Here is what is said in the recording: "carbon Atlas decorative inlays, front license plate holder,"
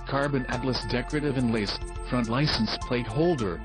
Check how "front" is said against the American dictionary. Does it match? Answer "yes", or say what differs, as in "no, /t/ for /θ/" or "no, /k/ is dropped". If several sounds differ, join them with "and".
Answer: yes